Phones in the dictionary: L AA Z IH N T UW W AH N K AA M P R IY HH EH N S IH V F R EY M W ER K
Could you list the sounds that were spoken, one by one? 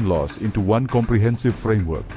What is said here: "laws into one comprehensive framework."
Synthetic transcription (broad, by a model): L AA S IH N T UW W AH N K AA M P R IY HH EH N S IH V F R EY M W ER K